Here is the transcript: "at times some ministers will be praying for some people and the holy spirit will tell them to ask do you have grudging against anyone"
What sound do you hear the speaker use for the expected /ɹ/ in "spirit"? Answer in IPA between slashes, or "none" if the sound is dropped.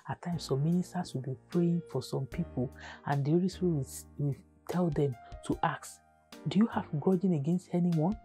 /w/